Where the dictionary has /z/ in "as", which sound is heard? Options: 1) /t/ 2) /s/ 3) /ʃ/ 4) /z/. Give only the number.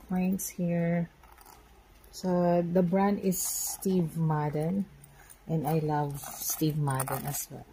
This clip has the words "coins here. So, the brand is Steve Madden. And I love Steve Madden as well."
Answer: 2